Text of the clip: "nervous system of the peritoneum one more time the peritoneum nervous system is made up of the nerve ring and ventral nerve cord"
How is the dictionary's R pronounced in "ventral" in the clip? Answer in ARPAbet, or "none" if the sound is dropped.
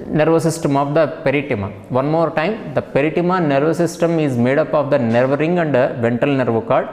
none